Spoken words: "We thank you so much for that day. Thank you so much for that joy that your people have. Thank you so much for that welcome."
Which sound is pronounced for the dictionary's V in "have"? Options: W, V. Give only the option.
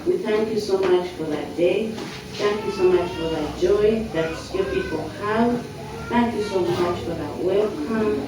W